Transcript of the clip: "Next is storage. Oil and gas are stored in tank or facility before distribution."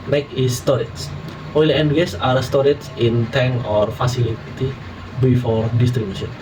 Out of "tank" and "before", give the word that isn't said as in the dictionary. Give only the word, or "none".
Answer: tank